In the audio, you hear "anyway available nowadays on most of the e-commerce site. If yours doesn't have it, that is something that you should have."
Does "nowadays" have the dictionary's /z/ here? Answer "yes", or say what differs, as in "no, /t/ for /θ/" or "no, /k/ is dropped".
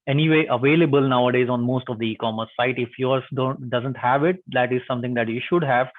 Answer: yes